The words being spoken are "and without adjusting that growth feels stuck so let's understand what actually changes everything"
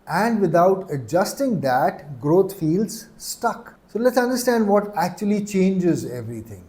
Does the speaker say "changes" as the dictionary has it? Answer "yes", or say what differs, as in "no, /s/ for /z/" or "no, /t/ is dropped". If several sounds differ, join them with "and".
yes